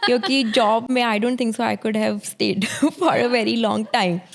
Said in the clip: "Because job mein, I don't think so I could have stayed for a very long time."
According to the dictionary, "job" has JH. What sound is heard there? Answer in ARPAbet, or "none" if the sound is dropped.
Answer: JH